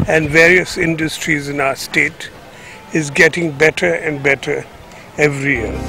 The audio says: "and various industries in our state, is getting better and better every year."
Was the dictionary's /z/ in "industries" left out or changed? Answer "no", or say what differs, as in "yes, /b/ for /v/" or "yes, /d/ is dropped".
no